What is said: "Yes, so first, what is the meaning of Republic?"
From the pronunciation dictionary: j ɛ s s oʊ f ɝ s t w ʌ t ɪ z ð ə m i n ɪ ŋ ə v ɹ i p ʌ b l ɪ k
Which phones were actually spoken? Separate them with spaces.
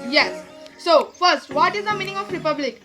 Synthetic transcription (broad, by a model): j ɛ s s oʊ f ɝ s t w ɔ t ɪ z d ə m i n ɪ ŋ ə f ɹ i p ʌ b l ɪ k